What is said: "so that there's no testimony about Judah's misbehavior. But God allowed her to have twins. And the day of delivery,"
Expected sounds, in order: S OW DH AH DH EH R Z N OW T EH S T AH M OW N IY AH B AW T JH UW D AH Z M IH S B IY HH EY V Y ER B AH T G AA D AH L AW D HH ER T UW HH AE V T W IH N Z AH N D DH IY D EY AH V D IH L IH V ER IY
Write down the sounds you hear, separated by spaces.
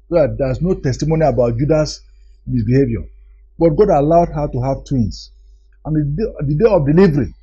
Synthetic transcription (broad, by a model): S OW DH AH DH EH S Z N OW T EH S T AH M OW N IY AH B AW T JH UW D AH S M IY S B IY HH EY V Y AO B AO T G AA D AH L AW D HH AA T UW HH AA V T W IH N S AH N D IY D EY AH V D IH L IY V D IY